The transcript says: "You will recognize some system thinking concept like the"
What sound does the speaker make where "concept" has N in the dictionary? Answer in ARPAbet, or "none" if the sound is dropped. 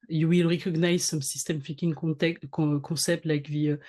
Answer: none